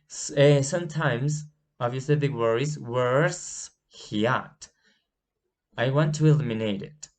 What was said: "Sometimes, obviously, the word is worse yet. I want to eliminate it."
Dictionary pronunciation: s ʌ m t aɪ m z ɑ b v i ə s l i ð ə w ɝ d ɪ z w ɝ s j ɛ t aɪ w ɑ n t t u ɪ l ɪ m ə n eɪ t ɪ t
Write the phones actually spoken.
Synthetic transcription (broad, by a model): s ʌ m t aɪ m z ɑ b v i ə s l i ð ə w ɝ ɪ z w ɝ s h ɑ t aɪ w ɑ n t t u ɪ l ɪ m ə n eɪ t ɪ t